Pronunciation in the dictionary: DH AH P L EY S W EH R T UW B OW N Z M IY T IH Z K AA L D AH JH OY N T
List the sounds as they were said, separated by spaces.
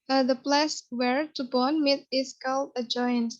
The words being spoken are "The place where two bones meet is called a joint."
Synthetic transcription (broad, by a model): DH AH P L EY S W EH R T UW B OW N M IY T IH S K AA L AH JH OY N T